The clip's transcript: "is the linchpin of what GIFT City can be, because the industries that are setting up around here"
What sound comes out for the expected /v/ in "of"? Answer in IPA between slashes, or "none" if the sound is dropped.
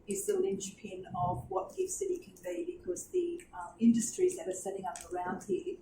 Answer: /v/